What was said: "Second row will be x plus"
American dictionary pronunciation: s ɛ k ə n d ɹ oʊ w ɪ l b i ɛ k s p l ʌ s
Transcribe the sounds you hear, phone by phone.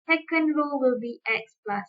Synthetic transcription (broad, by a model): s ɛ k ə n d l oʊ w ɪ l b i ɛ k s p l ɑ s